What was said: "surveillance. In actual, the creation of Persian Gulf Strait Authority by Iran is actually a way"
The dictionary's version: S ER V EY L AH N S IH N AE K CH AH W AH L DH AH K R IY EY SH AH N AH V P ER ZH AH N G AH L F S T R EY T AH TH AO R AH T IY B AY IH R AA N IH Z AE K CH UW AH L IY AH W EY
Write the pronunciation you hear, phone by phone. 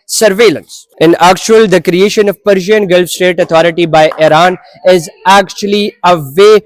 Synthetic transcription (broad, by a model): S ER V EY L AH N S IH N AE K CH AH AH L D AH K R IY EY SH AH N AH V P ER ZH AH N G AH L F S T EY T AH T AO R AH T IY B AY IH R AA N IH Z AE K CH UW AH L IY AH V EY